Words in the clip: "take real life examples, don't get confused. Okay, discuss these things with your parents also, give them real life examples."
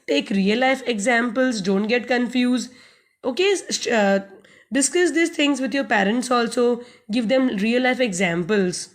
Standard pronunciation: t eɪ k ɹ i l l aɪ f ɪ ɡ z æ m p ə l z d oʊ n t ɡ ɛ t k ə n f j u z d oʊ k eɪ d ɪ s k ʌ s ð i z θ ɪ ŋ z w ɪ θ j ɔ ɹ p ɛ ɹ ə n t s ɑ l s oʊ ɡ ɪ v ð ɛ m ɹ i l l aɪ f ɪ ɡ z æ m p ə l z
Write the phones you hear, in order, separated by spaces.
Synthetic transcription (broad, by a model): t eɪ k ɹ i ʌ l aɪ f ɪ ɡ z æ m p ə l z d oʊ n t ɡ ɛ t k ə n f j u z d oʊ k eɪ d ɪ s k ʌ s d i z t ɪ ŋ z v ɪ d j ɔ ɹ p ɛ ɹ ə n t s ɑ l s oʊ ɡ ɪ v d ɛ m ɹ i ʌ l aɪ f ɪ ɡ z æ m p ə l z